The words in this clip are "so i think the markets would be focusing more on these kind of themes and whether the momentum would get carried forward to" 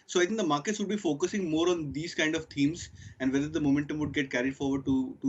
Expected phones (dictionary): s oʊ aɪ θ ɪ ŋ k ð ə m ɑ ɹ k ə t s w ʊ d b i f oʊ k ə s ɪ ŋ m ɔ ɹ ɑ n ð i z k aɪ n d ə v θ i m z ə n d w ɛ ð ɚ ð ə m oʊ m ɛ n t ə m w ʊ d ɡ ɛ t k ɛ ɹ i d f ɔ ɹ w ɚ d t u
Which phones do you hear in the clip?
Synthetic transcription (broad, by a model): s oʊ aɪ t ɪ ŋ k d ə m ɑ ɹ k ə t s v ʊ d b i f oʊ k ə s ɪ ŋ m ɔ ɹ ɑ n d i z k aɪ n d ə v t i m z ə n d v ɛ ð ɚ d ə m oʊ m ɛ n t ə m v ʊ d ɡ ɛ t k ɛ ɹ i d f ɔ ɹ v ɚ d t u